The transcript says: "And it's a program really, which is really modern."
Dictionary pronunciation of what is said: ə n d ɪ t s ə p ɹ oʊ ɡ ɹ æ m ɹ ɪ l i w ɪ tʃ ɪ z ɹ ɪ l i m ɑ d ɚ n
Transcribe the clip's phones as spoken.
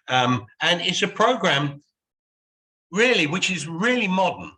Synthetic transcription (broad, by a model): ə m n ɪ t s ə p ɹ oʊ ɡ ɹ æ m ɹ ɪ l i w ɪ tʃ ɪ z ɹ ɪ l i m ɑ d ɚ n